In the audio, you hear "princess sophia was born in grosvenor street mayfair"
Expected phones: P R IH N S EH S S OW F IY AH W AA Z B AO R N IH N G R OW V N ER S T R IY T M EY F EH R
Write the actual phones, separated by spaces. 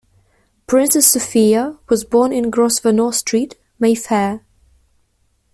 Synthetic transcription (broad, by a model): P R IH N S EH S S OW F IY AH W AA Z B AO N IH N G R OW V N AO S T R IY T M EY F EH